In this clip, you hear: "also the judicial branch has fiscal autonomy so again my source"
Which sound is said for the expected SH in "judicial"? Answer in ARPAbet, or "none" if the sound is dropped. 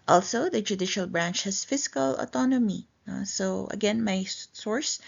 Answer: SH